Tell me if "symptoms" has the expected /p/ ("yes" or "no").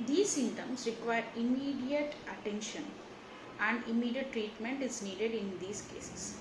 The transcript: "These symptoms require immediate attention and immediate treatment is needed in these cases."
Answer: no